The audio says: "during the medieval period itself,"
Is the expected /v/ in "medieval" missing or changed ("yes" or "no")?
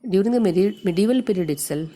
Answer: no